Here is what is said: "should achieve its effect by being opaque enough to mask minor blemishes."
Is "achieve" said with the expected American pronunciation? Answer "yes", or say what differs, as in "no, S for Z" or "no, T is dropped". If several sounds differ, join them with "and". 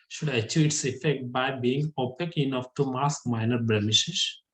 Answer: no, V is dropped